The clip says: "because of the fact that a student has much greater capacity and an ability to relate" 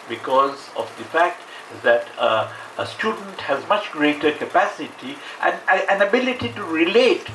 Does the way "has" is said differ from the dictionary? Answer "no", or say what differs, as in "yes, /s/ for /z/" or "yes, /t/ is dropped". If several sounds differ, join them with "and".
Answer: no